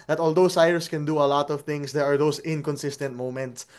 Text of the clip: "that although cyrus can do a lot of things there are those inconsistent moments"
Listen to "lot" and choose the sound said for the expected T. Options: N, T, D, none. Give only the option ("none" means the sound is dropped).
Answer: T